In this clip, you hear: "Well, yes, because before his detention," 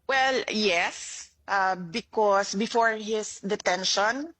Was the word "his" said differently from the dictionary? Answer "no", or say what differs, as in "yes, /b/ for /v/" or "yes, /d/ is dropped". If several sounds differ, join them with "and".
yes, /s/ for /z/